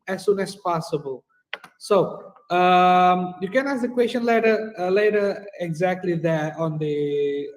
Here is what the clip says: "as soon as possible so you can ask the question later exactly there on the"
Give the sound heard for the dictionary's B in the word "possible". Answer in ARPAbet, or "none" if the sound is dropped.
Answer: B